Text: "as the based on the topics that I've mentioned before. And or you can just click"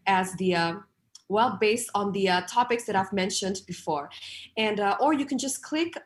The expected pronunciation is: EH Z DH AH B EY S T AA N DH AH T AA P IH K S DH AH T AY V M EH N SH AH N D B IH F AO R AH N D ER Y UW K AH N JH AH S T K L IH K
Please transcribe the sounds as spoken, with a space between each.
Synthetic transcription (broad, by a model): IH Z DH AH B EY S T N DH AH T AA P IH K S DH AH T AY V M EH N SH AH N D B IH F AO R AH N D ER Y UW K AH N JH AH S K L IH K